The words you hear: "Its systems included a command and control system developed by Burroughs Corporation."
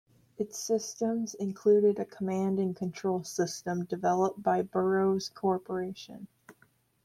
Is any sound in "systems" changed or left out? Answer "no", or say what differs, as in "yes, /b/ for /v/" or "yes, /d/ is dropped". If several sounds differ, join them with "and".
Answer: no